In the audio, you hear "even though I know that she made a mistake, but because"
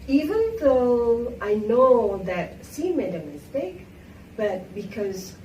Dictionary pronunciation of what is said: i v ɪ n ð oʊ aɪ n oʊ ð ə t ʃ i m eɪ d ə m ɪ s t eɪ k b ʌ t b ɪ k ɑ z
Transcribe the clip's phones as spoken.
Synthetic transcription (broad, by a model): i v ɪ n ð oʊ aɪ n oʊ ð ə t s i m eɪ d ə m ɪ s t eɪ k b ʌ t b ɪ k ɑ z